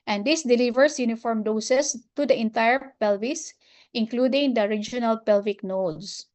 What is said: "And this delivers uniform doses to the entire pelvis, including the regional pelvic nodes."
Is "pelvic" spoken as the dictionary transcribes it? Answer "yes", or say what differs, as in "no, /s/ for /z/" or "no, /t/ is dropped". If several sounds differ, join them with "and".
yes